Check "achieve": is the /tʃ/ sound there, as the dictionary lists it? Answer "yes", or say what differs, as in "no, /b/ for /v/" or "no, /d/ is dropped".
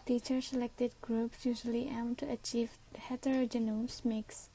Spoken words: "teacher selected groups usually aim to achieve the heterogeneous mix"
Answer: yes